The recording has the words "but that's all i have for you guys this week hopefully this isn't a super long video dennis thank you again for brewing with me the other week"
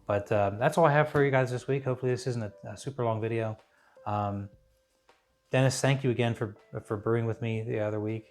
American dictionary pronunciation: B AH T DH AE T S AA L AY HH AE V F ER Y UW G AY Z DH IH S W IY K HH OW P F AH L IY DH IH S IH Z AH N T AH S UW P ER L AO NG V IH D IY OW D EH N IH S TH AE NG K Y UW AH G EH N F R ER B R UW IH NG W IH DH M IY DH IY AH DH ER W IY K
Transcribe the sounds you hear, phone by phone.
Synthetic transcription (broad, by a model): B AH T DH AE T S AA L AY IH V F ER Y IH G AY Z DH IH S W IY K HH OW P F L IY DH IH S IH Z N T AH S UW P ER L AO NG V IH D IY OW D EH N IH S TH AE NG K Y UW AH G EH N F R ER B R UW IH NG W IH DH M IY DH IY AH DH ER W IY K